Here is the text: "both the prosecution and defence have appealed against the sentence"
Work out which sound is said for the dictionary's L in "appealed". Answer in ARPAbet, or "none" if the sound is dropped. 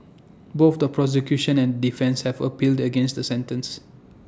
L